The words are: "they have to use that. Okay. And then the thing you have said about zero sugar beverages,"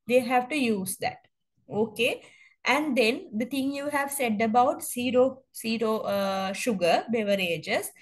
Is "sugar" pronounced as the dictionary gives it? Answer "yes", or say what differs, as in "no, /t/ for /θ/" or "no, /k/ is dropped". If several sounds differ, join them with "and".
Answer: yes